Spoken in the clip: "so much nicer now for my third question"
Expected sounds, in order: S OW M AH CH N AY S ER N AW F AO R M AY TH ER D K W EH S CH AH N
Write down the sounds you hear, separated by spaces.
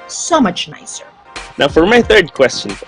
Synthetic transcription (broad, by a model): S OW M AH CH N AY S ER N AW F AO R M AY TH ER D K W EH S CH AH N